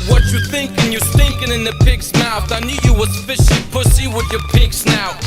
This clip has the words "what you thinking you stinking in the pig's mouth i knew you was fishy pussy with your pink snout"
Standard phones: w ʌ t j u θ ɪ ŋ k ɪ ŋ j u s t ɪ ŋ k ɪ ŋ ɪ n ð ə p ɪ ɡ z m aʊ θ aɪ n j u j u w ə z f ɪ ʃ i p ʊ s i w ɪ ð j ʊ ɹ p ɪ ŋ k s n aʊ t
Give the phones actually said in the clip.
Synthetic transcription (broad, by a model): w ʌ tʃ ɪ θ ɪ ŋ k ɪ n j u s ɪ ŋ k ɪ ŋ ɪ n ð ə p ɪ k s m aʊ θ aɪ n j u j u w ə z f ɪ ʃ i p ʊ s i w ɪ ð j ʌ ɹ p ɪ k s n aʊ